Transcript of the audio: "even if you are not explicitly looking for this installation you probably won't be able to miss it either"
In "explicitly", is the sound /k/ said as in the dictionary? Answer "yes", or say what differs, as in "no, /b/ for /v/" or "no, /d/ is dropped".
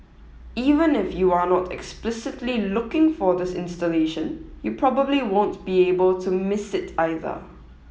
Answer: yes